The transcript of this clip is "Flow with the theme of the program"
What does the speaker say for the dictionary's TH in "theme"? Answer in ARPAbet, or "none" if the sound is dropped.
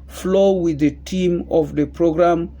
T